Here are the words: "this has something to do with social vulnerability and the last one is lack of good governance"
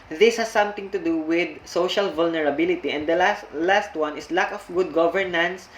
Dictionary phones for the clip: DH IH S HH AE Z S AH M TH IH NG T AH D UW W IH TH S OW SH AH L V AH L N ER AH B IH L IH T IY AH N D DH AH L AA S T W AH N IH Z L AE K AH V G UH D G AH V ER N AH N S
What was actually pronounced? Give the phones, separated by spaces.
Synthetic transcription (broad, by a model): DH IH S HH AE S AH M T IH NG T AH D UW W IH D S OW SH AH L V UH L N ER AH B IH L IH T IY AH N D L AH L AA S T W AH N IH S L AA K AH F G UH D G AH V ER N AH N S